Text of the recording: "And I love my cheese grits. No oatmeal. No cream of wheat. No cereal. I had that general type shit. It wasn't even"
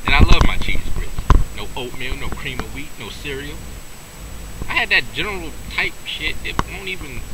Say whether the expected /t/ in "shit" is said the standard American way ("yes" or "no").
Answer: yes